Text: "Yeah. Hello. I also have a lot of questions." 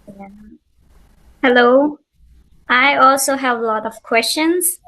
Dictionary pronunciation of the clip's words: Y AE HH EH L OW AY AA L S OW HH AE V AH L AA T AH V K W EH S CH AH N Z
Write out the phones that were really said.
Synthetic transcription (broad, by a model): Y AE HH EH L OW AY AA L S OW HH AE V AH L AA T AH V K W EH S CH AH N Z